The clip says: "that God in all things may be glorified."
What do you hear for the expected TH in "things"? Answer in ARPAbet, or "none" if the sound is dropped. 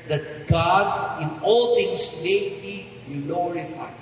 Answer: T